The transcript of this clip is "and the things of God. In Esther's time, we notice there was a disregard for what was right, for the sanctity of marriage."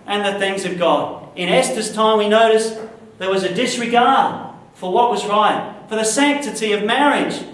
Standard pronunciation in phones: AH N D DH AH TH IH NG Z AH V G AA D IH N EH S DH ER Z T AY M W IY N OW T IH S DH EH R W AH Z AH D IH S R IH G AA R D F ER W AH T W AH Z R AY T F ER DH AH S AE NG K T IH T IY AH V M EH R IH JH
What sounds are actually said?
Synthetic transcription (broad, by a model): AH N DH AH TH IH NG Z AH V G AA D IH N EH S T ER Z T AY M W IY N OW T IH S DH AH R W AH Z AH D IH S R IH G AA R D F ER W AH T W AH Z R AY T F ER DH AH S AE NG K T IH T IY AH V M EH R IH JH